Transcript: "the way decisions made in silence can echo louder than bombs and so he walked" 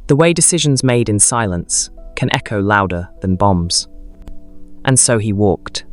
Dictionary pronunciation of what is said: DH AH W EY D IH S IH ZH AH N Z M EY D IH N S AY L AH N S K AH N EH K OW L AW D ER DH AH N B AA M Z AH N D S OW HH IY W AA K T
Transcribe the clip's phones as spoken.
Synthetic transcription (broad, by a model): DH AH W EY D IH S IH ZH AH N Z M EY D IH N S AY L AH N S K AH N EH K OW L AW D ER DH AH N B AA M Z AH N S OW IY W AA K T